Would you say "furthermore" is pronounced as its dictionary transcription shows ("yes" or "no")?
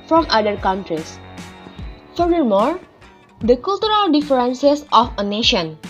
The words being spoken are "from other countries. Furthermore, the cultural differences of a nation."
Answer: no